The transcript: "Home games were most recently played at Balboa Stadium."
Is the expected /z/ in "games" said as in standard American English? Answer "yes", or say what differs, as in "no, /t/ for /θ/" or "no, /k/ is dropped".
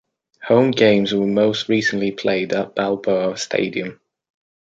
yes